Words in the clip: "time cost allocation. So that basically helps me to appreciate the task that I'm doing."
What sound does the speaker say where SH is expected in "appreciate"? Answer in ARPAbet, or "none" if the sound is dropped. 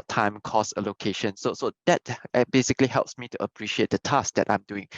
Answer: SH